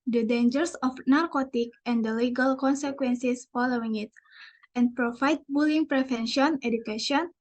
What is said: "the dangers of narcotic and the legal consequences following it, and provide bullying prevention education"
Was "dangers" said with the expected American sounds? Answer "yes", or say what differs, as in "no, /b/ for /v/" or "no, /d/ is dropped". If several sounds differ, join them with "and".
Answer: no, /s/ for /z/